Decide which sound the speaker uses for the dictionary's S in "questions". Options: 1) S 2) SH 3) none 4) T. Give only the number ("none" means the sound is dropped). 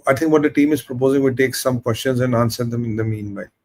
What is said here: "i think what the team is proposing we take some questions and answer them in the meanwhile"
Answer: 1